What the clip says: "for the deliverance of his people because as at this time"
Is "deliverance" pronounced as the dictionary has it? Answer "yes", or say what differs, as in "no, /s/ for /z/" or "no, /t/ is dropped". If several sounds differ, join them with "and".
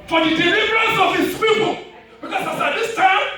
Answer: yes